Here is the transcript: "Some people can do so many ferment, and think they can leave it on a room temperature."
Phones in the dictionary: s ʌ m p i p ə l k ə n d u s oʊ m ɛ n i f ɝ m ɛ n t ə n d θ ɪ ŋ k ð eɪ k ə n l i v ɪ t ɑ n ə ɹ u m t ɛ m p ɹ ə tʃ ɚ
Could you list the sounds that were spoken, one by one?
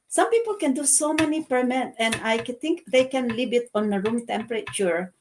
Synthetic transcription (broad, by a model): s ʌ m p i p ə l k ə n d u s oʊ m ɛ n i p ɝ m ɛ t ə n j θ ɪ ŋ k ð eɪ k ə n l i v ɪ t ɑ n ə ɹ u m t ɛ m p ɹ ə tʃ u